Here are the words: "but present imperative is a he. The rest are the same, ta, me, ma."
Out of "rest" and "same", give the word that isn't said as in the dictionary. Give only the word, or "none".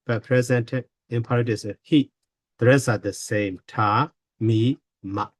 rest